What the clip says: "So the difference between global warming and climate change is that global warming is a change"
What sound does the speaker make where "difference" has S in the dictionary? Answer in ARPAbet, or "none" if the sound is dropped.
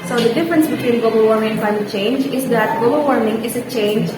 S